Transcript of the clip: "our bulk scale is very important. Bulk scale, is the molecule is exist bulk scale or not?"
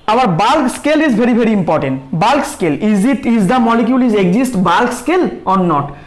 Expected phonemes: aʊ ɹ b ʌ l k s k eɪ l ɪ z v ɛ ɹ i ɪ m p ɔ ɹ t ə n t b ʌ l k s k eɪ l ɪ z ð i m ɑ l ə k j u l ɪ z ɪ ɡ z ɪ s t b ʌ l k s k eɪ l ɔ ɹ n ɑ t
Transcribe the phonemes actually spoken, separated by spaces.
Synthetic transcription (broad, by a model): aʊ ɹ b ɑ l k s k eɪ l ɪ z b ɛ ɹ i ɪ m p ɔ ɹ t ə n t b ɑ l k s k eɪ l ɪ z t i m ɑ l ə k j u l ɪ z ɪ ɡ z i s t b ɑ l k s k eɪ l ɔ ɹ n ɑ t